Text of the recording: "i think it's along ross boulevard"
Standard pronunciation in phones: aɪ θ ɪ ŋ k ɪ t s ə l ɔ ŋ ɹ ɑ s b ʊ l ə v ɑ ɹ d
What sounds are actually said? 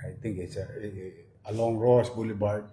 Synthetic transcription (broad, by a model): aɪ t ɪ ŋ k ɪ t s ə l ɔ ŋ ɹ ɑ s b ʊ l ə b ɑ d